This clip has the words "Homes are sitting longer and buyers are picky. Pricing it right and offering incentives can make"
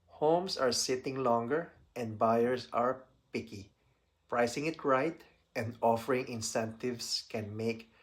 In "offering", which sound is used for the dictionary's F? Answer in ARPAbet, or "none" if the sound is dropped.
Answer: F